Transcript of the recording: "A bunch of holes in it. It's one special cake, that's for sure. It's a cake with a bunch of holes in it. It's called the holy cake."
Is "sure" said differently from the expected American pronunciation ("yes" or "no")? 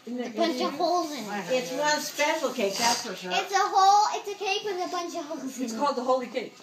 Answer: yes